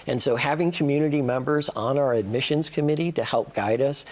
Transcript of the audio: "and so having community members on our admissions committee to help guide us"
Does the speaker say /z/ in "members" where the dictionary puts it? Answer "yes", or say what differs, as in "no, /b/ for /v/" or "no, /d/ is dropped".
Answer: yes